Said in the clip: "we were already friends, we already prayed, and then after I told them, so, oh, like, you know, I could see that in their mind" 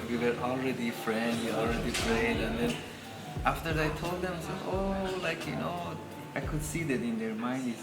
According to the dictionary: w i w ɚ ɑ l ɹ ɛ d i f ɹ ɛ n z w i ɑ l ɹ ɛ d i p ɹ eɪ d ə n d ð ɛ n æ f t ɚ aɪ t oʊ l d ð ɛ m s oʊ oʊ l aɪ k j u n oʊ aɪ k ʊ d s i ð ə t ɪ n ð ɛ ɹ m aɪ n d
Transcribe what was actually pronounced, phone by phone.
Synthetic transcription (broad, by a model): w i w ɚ ɑ l ɹ ɛ d i f ɹ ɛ n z w i ɑ l ɹ ɛ d i f ɹ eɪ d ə n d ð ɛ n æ f t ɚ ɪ t oʊ l d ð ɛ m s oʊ oʊ l aɪ k j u n oʊ aɪ k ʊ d s i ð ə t ɪ n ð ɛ ɹ m aɪ n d